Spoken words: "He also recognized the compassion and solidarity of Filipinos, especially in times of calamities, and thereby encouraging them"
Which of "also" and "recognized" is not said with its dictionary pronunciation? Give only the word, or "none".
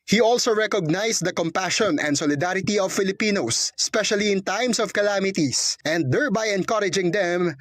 recognized